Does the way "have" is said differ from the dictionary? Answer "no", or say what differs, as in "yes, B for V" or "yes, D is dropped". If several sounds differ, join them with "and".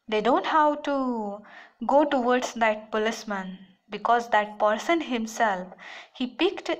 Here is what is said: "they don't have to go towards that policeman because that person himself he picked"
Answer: yes, W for V